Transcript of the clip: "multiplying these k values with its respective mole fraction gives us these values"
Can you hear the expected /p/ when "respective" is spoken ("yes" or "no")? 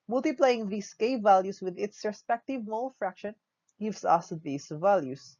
yes